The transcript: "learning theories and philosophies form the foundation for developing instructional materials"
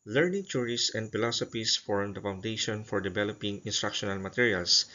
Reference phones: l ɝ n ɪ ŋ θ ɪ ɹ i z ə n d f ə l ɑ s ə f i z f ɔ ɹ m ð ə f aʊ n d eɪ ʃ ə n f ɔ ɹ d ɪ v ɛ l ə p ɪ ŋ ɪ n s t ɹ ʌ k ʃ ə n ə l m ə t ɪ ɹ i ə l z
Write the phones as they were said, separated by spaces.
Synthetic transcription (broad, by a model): l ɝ n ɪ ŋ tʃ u ɹ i s ə n d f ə l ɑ s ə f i s f ɔ ɹ m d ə f aʊ n d eɪ ʃ ə n f ɔ ɹ d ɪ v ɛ l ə p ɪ ŋ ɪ n s t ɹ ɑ k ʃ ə n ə l m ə t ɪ ɹ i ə l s